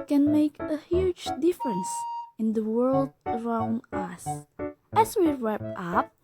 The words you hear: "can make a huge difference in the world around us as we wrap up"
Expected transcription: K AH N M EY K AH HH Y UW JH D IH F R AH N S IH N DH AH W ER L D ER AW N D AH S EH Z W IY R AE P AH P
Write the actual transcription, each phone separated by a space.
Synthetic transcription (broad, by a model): K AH N M EY K AH HH Y UW JH D IH F R AH N S IH N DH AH W ER L D ER AW N D AH S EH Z W IY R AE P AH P